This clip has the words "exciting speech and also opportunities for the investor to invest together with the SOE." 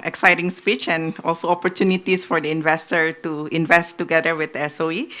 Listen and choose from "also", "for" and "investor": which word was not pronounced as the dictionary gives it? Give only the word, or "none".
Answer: none